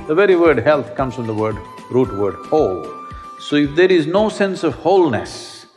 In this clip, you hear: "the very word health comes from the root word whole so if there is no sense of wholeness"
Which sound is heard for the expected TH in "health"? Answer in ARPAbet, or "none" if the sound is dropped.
T